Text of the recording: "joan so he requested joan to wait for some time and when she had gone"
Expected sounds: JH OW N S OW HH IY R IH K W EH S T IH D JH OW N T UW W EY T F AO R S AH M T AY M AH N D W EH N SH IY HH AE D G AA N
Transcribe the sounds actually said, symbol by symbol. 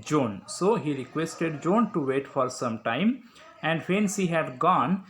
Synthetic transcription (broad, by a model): JH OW N S OW HH IY R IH K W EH S T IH D JH OW N T UW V EY T F AO R S AH M T AY M AH N D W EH N S IY HH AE D G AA N